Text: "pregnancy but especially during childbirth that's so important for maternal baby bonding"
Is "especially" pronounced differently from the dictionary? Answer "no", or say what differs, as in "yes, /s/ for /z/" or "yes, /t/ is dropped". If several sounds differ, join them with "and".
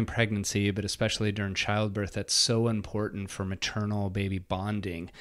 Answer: no